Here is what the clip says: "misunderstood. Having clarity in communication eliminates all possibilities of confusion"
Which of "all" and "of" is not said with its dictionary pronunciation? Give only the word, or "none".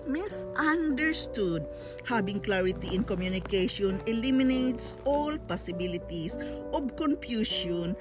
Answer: of